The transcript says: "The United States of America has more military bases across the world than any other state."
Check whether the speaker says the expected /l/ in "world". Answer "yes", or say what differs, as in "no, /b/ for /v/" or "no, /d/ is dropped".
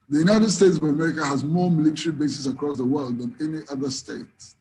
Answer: yes